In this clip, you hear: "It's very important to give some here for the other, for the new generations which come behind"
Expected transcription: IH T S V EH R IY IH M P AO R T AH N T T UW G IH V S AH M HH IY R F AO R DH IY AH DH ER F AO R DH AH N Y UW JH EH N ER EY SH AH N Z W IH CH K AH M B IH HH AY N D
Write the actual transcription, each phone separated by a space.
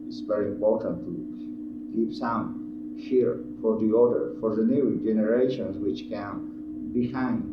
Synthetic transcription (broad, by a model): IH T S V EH R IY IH M P AO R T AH N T T UW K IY P S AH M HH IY R F AO R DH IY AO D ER F AO R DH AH N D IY JH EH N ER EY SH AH N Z W IH CH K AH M B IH HH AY N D